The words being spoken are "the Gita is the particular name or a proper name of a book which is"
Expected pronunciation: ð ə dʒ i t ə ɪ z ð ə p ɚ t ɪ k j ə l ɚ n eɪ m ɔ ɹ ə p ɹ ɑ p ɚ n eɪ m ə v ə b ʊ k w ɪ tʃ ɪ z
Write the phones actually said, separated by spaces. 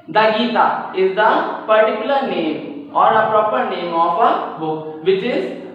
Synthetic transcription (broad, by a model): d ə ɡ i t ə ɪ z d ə p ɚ t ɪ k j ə l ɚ n eɪ m ɔ ɹ ə p ɹ ɑ p ɚ n eɪ m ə p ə b ʊ k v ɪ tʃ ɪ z